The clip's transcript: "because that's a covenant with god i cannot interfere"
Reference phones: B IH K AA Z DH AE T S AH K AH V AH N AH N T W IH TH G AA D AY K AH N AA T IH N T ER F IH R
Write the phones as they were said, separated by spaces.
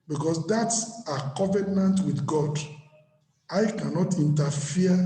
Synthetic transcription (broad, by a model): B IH K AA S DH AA T S AH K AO V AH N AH N T W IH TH G AA D AY K AH N AA T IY N T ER F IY